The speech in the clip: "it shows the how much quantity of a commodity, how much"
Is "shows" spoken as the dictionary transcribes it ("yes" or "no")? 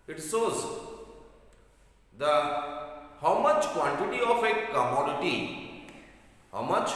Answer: no